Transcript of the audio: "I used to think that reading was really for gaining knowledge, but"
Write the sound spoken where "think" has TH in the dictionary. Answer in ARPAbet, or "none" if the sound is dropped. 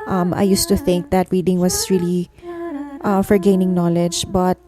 TH